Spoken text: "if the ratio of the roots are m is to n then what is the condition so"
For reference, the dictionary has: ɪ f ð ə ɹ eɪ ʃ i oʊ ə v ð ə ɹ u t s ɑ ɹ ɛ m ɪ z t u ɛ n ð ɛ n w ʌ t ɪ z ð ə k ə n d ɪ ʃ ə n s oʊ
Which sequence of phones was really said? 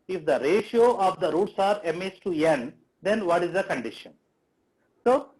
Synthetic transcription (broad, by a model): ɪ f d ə ɹ eɪ ʃ i oʊ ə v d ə ɹ u t s ɑ ɹ ɛ m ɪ s t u ɛ n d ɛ n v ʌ t ɪ z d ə k ə n d ɪ ʃ ə n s oʊ